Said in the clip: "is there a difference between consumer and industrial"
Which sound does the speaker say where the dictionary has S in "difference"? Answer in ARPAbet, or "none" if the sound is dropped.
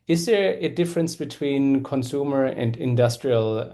S